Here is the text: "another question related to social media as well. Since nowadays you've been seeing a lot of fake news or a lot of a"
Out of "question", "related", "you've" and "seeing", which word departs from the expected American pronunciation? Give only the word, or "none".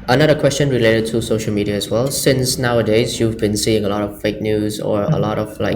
none